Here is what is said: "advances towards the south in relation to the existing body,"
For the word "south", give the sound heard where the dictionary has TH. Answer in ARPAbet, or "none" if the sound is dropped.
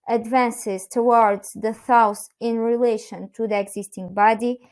S